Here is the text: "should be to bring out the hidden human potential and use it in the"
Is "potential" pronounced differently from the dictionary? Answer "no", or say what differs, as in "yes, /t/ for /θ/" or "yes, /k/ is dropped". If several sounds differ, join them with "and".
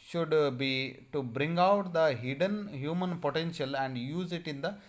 no